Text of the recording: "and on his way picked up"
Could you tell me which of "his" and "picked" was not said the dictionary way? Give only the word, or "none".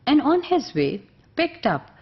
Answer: none